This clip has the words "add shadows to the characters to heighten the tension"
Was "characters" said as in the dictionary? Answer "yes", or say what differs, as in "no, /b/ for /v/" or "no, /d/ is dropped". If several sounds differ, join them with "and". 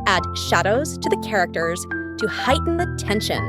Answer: yes